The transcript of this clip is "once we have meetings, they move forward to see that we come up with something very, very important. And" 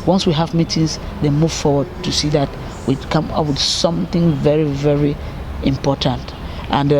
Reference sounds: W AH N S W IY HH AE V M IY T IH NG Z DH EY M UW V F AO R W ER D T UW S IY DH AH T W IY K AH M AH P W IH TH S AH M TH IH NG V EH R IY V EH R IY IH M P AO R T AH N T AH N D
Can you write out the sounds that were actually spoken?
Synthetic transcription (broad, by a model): W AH N S W IY HH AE V M IY T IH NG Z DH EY M UW V F AO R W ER D T UW S IY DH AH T W IY K AH M AH P W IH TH S AH M TH IH NG V EH R IY V EH R IY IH M P AO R T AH N T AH N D